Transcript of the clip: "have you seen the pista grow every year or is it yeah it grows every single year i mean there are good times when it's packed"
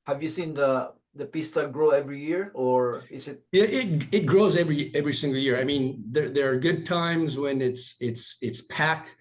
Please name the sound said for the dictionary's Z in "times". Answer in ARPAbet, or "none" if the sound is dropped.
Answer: Z